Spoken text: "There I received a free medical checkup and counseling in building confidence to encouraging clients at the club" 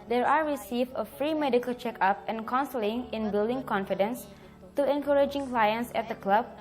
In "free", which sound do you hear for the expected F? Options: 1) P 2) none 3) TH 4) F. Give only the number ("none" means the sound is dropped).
4